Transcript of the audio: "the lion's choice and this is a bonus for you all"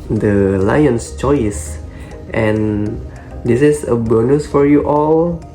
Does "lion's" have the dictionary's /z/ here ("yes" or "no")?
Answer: no